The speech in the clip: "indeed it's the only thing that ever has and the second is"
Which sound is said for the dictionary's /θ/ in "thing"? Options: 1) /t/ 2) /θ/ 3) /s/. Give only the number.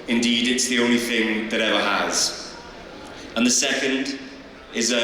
2